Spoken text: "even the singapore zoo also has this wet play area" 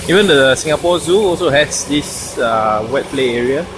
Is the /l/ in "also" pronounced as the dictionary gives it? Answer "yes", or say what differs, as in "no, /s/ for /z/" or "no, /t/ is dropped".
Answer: yes